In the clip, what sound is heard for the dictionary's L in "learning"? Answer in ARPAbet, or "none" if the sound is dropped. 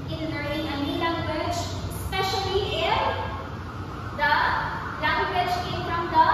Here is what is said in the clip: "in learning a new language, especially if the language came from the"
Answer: N